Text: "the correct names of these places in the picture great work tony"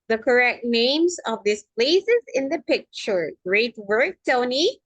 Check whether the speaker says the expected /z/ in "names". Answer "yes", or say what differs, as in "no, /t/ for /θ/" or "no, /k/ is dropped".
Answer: yes